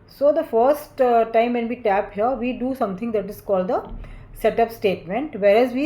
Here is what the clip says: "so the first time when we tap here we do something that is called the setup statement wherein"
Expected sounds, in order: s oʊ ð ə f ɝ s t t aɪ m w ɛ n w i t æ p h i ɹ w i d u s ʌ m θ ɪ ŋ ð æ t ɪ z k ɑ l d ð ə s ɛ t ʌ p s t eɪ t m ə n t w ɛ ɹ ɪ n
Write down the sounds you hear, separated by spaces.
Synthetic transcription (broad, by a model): s oʊ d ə f ɝ s t t aɪ m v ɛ n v i t æ p h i ɹ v i d u s ʌ m t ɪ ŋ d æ t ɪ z k ɑ l d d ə s ɛ t ʌ p s t eɪ t m ə n t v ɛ ɹ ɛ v